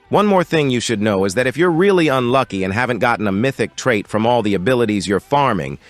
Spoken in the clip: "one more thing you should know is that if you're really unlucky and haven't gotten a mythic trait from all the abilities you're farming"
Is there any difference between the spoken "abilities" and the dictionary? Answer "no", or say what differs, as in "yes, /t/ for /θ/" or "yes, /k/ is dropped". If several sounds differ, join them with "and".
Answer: no